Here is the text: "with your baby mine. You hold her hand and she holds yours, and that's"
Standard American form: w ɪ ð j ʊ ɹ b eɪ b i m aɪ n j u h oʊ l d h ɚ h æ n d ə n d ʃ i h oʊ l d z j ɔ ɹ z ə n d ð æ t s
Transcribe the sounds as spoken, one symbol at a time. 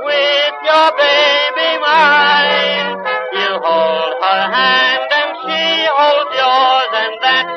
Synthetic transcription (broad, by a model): w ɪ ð j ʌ ɹ b eɪ b i m aɪ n j u h oʊ l d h ɚ h æ n d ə n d ʃ i h oʊ l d j ɔ ɹ z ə n ð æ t